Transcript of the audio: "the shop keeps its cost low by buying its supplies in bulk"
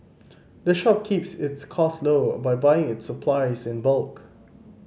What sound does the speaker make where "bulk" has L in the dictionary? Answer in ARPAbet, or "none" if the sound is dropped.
L